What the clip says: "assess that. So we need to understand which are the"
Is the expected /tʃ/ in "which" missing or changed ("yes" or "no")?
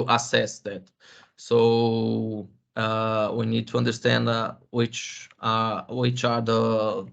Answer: no